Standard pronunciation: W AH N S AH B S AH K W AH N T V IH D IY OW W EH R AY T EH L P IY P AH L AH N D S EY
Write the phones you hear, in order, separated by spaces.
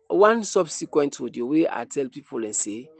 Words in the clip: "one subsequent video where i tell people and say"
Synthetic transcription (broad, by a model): W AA N S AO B S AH K W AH N T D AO D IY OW W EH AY T EH L P IY P AH L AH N S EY